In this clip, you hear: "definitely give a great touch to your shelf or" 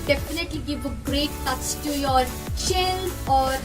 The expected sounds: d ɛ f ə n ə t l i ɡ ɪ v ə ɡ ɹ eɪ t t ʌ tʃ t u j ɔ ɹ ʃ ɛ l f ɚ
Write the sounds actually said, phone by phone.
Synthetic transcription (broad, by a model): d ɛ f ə n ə t l i ɡ ɪ v ə ɡ ɹ eɪ t t ʌ tʃ t u j ɔ ɹ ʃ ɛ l ɔ